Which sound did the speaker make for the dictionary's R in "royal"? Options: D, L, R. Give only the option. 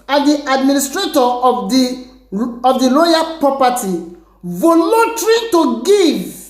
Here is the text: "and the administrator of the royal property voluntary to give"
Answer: L